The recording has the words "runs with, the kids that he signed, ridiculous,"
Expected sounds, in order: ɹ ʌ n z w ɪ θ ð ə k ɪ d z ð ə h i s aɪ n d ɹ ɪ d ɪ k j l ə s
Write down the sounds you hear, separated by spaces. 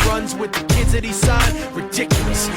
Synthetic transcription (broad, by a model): ɹ ʌ n z w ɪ ð ə k ɪ d z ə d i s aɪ d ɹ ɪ d ɪ k j l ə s